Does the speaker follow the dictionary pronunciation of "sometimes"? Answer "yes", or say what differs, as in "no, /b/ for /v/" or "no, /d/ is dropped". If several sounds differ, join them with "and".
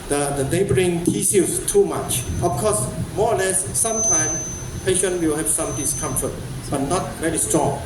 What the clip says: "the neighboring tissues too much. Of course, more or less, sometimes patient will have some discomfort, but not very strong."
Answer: no, /s/ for /z/